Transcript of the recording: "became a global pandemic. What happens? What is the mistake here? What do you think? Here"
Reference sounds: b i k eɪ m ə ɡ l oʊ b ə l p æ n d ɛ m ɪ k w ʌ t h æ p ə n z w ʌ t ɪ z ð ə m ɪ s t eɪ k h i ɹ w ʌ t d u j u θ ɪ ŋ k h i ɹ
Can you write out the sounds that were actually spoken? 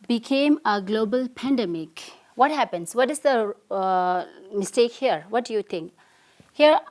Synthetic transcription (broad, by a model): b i k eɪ m ə ɡ l oʊ b ə l p æ n d ɛ m ɪ k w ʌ t h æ p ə n s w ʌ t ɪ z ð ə m ɪ s t eɪ k h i ɹ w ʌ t d u j u t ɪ ŋ k h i ɹ